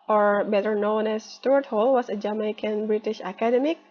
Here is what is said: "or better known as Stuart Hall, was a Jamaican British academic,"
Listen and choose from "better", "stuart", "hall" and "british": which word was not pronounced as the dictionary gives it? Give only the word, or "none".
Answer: none